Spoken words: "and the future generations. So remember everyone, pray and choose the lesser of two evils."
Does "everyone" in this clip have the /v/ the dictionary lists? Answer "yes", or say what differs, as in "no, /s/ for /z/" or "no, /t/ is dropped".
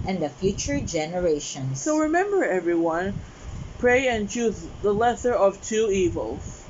yes